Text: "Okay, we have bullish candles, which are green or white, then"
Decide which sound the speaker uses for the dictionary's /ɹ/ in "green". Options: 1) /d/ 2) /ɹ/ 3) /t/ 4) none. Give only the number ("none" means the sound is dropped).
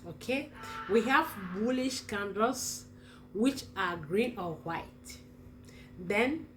2